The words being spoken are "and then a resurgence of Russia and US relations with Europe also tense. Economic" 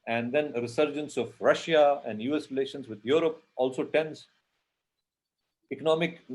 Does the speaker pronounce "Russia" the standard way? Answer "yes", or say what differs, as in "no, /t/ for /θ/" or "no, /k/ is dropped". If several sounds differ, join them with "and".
yes